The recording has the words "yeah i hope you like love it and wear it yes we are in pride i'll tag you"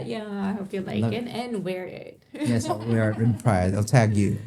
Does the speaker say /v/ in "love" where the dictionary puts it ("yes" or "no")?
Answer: no